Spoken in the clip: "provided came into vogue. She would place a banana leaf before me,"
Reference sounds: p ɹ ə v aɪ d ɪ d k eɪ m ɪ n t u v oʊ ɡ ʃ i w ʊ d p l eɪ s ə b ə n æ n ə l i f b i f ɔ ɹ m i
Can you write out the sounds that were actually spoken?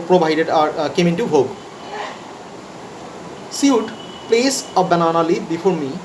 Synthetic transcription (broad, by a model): p ɹ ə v aɪ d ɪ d k eɪ m ɪ n t u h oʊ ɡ s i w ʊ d p l eɪ s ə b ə n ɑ n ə l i b i f ɔ ɹ m i